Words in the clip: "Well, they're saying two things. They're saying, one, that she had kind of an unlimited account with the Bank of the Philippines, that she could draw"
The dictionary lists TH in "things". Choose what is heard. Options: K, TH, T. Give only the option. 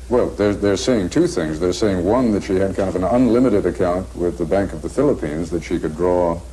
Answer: TH